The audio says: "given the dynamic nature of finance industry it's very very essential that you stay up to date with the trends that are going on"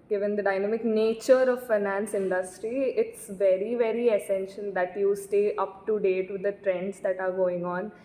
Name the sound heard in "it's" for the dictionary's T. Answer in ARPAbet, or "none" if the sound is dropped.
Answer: T